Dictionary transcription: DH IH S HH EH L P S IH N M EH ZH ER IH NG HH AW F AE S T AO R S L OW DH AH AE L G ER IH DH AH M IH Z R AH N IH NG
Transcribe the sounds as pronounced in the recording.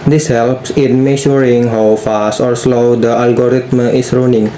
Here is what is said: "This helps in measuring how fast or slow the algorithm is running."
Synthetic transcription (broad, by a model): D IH S HH EH L P S IH N M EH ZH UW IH NG HH AW F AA S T AO R S L OW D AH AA L G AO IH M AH IH S R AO N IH NG